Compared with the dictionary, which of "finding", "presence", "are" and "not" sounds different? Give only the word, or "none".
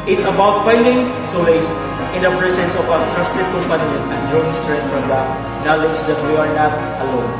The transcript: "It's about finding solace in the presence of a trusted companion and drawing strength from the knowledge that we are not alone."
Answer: presence